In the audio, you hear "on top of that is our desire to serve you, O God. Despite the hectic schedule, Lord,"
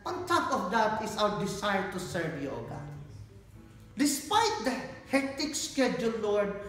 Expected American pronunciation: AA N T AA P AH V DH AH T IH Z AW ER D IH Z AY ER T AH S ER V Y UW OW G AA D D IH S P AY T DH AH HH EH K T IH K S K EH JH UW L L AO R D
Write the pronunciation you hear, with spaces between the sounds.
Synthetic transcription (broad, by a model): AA N T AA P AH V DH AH T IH S AW ER D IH S AY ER T AH S ER V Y OW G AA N D IH S P AY T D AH HH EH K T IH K S K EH JH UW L L AO R D